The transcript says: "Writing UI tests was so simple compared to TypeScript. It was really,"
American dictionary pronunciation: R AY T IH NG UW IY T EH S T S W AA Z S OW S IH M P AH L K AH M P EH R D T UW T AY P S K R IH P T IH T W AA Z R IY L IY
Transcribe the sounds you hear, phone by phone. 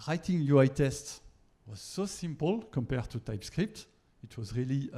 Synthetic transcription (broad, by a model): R AY T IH NG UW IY T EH S T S W AA Z S OW S IH M P AH L K AH M P EH R D T UW T AY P S K R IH P T IH T W AA Z R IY L IY